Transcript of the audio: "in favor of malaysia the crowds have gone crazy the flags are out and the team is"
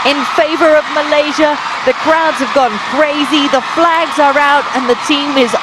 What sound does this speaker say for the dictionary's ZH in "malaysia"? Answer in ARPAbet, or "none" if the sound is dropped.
ZH